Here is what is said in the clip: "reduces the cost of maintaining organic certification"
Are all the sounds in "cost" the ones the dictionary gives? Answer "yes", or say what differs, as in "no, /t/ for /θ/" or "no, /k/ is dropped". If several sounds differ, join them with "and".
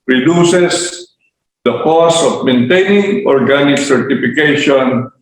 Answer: no, /t/ is dropped